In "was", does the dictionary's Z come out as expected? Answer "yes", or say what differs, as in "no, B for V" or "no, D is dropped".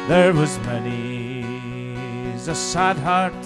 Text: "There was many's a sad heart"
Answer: yes